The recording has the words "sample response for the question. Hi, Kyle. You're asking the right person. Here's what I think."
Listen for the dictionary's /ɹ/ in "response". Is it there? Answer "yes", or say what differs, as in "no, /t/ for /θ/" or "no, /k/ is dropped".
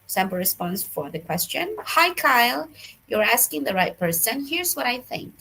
yes